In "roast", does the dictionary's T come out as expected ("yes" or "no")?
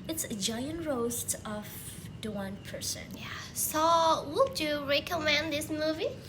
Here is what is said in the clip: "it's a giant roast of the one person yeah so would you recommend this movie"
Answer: yes